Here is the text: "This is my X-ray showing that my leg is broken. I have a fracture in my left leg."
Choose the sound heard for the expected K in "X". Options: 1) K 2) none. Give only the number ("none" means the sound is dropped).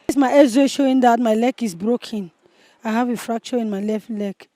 2